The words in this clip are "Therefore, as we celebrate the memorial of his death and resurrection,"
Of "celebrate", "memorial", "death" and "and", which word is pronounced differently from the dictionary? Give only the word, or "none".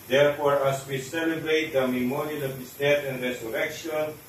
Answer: death